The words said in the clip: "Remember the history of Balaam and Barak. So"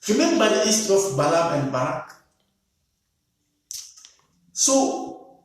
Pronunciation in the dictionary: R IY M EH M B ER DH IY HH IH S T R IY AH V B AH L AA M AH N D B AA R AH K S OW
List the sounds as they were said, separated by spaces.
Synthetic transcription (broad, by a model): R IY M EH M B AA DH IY S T IY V B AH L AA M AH N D B AA R AH K S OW